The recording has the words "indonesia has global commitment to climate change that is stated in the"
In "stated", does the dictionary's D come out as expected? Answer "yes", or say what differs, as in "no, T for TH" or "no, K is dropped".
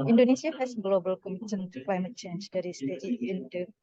no, D is dropped